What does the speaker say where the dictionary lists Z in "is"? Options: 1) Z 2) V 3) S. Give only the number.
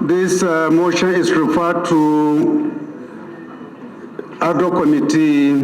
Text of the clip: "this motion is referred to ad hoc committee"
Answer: 3